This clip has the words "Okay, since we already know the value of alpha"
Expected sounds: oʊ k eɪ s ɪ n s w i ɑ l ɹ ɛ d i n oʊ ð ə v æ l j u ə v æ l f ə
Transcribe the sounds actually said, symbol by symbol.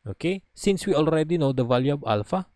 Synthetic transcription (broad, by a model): oʊ k eɪ s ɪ n s w i ɑ l ɹ ɛ d i n oʊ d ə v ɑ l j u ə b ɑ l f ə